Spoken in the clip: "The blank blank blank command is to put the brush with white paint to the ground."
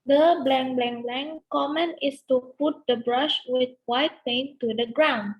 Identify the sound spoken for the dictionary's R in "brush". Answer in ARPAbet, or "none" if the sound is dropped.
R